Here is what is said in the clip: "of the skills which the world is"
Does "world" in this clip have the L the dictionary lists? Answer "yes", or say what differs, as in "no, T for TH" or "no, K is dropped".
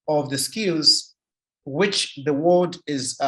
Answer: no, L is dropped